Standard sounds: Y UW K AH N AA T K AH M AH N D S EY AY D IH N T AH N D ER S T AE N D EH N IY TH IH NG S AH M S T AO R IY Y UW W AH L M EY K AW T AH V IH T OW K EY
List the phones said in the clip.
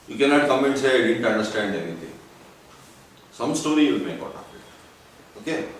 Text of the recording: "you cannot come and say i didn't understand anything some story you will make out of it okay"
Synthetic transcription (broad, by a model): Y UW K AH N AA T K AH M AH N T S EY AY D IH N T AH N D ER S T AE N D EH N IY T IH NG S AH M S T AO R IY Y UW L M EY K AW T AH P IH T OW K EY